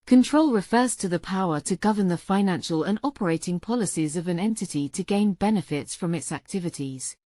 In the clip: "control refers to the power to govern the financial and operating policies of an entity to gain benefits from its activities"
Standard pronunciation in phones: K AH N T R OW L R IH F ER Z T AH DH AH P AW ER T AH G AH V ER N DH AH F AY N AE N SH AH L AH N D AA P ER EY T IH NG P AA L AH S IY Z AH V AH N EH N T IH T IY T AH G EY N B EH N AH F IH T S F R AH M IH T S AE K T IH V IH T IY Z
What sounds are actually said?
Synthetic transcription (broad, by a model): K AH N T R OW L R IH F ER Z T AH DH AH P AW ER T AH G AH V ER N DH AH F AY N AE N SH AH L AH N AA P ER EY T IH NG P AA L AH S IY Z AH V AH N EH N T IH T IY T AH G EY N B EH N AH F IH T S F R AH M IH T S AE K T IH V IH T IY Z